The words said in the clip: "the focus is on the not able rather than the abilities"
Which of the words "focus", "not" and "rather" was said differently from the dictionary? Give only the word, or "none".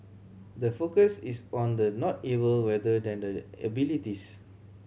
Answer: rather